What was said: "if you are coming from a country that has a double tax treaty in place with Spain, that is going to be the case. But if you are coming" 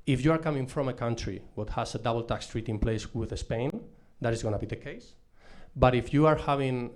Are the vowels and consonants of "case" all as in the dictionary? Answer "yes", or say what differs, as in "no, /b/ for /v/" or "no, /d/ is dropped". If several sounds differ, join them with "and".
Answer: yes